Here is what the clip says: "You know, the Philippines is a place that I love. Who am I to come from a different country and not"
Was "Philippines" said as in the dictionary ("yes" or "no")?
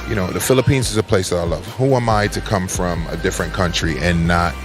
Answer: yes